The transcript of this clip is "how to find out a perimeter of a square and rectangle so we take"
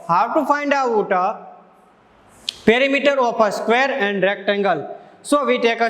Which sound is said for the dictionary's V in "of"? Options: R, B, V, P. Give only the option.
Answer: P